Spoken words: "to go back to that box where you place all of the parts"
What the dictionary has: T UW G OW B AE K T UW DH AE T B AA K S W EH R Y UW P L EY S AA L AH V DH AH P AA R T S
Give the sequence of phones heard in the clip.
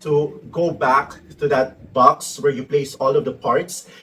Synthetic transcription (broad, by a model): T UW G OW B AE K T UW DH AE T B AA K S W EH R Y UW P L EY S AA L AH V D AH P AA R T S